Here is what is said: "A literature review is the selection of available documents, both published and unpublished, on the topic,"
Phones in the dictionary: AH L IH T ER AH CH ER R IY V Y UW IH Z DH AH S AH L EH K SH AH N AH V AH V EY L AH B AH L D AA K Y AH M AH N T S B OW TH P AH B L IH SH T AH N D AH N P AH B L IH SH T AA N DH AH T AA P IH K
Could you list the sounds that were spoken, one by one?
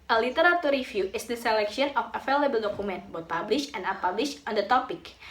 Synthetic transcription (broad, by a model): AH L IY T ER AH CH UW R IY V Y UW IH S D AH S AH L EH K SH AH N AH F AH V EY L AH B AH L D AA K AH M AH N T B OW T P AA B L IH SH AH N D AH P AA B L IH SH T AA N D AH T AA P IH K